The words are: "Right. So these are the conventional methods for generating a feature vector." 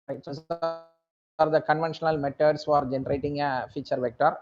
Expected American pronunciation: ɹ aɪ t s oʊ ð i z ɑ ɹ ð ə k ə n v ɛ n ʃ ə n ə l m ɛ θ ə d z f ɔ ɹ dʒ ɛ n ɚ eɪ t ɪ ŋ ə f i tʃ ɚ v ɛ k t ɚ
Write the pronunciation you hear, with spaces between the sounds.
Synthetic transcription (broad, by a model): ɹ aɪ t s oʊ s ɑ ɹ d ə k ə n v ɛ n ʃ ə n ə l m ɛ t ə d s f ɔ ɹ dʒ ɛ n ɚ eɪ t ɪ ŋ ə f i tʃ ɚ v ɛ k t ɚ